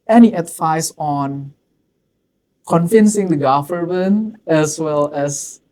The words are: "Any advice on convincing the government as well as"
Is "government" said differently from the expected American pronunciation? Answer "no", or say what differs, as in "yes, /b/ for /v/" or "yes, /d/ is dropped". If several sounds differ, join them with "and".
yes, /t/ is dropped